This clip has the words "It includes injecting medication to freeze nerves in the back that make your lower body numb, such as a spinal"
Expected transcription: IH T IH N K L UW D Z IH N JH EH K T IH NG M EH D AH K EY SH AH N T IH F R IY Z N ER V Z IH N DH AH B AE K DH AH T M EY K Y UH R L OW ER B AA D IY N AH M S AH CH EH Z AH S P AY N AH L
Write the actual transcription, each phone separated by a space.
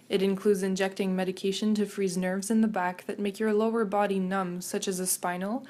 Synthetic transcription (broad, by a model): IH T IH N K L UW D Z IH N JH EH K T IH NG M EH D AH K EY SH AH N T IH F R IY Z N ER V Z IH N DH AH B AE K DH AH T M EY K Y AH R L OW ER B AA D IY N AH M S AH CH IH Z AH S P AY N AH L